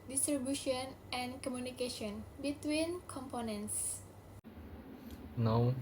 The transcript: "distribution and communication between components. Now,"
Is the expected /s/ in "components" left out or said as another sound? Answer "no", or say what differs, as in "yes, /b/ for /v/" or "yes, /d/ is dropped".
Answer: no